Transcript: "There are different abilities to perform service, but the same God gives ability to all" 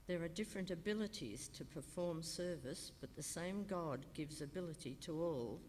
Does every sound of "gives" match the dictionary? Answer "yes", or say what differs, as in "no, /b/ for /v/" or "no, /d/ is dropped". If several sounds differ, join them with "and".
yes